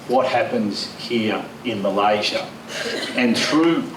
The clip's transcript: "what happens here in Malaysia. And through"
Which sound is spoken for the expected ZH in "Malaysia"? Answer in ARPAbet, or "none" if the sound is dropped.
ZH